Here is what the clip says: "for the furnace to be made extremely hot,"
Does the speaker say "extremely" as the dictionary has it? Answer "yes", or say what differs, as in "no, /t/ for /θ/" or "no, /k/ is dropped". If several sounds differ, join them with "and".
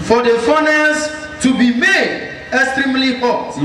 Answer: yes